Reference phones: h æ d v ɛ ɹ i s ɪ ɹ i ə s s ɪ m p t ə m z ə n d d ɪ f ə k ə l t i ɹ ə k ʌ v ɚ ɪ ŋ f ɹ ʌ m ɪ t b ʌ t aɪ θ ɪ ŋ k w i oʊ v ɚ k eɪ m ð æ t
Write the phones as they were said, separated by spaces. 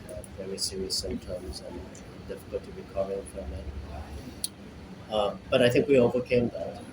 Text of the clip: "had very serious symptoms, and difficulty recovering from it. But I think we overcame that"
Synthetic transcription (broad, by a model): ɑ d v ɛ ɹ i s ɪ ɹ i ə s s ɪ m t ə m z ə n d d ɪ f ə k ə l t i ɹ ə k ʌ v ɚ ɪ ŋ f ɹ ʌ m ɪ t b ʌ t aɪ θ ɪ ŋ k w i oʊ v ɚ k eɪ m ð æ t